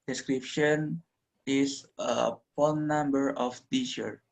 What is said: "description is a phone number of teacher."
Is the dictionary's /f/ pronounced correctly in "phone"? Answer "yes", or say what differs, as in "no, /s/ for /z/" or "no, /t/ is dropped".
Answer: no, /p/ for /f/